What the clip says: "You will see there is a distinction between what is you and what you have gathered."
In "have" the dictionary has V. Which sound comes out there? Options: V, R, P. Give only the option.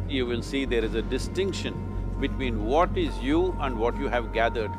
V